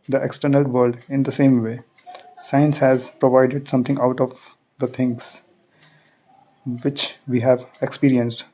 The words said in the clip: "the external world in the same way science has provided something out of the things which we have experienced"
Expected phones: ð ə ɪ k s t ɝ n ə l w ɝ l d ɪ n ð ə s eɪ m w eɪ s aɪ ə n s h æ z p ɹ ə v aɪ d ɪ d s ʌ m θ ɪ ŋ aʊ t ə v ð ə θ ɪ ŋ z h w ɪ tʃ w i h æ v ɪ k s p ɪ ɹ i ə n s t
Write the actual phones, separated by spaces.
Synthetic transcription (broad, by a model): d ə ɪ k s t ɝ n ə l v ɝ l d ɪ n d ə s eɪ m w eɪ s aɪ ə n s h æ z p ɹ ə v aɪ d ɪ d s ʌ m t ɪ ŋ aʊ t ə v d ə t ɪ ŋ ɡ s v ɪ tʃ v i h æ v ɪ k s p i ɹ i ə n s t